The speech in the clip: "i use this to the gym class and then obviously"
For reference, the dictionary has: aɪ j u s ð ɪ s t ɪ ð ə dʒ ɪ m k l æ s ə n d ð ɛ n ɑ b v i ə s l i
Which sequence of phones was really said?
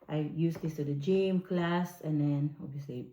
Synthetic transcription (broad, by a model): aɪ j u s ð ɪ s t ɪ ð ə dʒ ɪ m k l æ s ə n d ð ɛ n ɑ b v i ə s l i